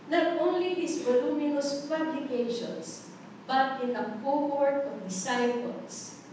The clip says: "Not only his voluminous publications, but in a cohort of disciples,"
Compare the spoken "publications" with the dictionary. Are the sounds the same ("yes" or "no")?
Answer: no